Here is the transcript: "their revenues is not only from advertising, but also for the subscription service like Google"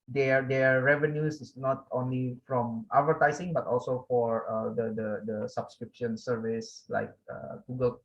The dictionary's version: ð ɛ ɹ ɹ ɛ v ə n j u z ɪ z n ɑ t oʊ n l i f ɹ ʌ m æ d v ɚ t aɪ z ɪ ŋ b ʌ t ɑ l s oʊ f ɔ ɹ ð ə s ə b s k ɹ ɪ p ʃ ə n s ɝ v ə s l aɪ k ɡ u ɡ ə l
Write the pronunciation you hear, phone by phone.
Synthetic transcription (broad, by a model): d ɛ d ɹ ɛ v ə n j u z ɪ s n ɑ t oʊ n l i f ɹ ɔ m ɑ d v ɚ t aɪ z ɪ ŋ b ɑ t ɑ l s oʊ f ɔ ɹ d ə s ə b s k ɹ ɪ p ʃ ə n s ɝ v ə s l aɪ k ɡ u ɡ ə l